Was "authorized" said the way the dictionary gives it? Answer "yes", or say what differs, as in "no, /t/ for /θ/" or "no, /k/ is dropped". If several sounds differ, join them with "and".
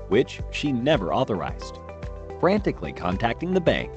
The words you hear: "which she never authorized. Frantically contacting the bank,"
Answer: yes